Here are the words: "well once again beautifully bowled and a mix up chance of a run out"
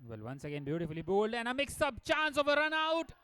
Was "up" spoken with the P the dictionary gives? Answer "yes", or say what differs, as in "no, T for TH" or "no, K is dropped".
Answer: no, B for P